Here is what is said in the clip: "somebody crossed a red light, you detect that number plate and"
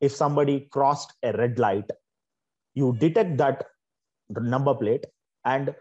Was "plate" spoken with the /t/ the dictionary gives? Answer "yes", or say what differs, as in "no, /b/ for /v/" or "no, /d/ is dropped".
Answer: yes